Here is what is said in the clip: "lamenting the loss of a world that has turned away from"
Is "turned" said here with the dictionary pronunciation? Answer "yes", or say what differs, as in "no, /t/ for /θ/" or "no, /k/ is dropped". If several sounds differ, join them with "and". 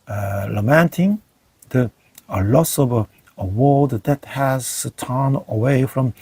no, /d/ is dropped